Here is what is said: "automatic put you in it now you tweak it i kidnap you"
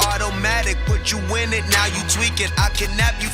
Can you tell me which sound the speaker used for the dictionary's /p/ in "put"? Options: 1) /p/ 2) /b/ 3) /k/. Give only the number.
2